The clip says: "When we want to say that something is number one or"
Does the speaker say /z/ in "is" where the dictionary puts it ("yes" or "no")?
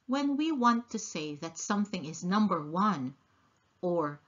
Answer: yes